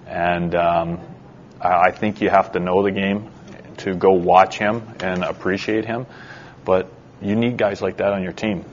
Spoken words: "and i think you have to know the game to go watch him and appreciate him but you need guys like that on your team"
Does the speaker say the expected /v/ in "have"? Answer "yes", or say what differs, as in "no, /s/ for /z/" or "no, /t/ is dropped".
no, /f/ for /v/